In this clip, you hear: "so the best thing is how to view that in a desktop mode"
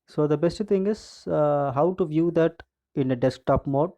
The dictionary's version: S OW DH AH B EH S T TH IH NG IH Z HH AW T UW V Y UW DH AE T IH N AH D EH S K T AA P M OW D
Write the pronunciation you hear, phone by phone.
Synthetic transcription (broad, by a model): S OW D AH B EH S T T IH NG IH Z HH AW T UW V Y UW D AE T IH N AH D EH S K T AA P M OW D